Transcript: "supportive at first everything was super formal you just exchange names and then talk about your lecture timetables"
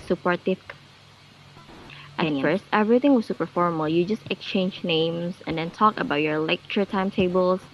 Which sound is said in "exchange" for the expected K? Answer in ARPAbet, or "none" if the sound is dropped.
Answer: K